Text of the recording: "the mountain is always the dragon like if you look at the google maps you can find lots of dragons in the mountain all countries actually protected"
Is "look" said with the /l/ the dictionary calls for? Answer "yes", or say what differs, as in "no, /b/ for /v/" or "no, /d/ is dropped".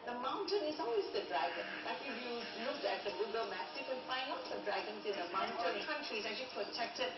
no, /n/ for /l/